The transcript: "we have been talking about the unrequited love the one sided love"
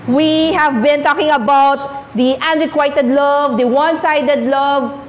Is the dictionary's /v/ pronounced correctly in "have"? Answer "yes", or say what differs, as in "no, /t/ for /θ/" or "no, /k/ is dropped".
yes